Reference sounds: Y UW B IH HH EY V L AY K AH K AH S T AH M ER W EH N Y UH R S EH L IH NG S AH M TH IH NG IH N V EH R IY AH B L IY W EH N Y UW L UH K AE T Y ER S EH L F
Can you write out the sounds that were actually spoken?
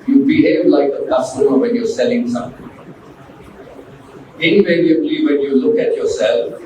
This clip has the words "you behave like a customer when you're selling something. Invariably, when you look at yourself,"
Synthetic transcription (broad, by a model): Y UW B IH HH EY V L AY K AH K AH S T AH M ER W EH N Y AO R S EH L IH NG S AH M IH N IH V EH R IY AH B L IY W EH N Y UW L UH K AE T Y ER S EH L F